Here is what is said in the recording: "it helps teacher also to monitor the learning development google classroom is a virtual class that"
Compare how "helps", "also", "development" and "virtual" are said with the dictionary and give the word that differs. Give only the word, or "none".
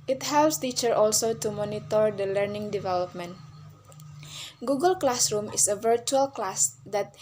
none